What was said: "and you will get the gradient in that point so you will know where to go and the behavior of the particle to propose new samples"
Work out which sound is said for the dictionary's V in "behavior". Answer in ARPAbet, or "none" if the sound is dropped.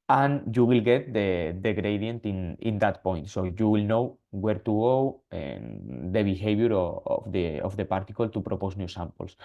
B